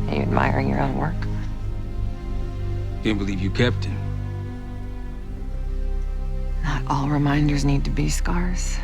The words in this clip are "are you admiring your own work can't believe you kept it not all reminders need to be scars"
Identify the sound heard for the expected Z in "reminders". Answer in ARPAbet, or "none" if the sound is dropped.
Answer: Z